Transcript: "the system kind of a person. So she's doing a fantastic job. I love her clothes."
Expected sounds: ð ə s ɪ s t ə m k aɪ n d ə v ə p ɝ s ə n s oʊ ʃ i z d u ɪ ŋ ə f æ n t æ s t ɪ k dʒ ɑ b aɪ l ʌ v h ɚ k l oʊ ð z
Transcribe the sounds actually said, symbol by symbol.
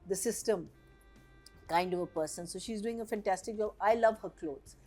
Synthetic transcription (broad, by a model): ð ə s ɪ s t ə m k aɪ n d ə v ə p ɝ s ə n s oʊ ʃ i z d u ɪ ŋ ə f æ n t æ s t ɪ k dʒ ɑ b aɪ l ʌ v h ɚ k l oʊ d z